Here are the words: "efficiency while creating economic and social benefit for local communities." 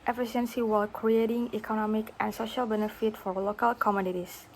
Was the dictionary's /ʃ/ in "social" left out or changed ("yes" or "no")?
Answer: no